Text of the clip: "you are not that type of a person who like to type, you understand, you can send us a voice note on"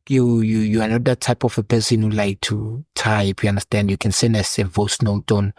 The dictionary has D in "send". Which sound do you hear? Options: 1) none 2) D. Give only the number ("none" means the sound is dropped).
1